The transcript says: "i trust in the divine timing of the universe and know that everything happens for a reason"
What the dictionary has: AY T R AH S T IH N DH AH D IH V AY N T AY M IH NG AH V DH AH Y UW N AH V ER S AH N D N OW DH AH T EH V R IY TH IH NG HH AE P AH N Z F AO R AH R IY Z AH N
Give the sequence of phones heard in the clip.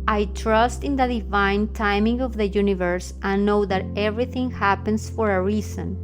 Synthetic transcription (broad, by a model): AY T R AH S T IH N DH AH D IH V AY N T AY M IH NG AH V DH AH Y UW N AH V ER S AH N N OW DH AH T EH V R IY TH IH NG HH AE P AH N S F AO R AH R IY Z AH N